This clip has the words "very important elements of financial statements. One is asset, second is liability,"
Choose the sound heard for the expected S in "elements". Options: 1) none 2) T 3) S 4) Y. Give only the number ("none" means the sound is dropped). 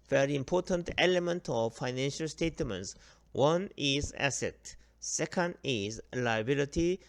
1